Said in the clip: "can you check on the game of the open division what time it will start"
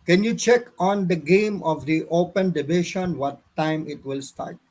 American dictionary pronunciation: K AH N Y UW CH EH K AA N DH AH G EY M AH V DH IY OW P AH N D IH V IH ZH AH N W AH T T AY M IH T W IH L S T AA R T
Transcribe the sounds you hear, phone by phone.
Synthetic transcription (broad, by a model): K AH N Y UW CH EH K AA N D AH G EY M AH V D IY OW P AH N D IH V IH SH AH N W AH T T AY M IH T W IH L S T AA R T